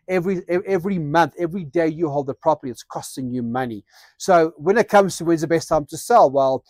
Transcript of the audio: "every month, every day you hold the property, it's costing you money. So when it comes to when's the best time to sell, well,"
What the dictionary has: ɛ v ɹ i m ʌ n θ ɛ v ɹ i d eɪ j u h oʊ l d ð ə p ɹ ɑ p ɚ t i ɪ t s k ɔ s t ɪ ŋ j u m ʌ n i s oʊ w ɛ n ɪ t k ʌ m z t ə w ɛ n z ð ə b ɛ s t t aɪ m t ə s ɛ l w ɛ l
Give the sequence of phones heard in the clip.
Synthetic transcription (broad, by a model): ɛ v ɹ i m ʌ n θ ɛ v ɹ i d eɪ j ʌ h oʊ l d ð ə p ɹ ɑ p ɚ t i ɪ t s k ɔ s t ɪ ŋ j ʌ m ʌ n i s oʊ w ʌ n ɪ t k ʌ m z t ə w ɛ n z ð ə b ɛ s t t aɪ m t ə s ɛ l w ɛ l